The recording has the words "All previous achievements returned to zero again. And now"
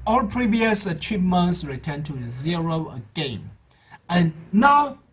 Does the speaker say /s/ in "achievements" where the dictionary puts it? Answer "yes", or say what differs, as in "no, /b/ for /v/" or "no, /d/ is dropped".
yes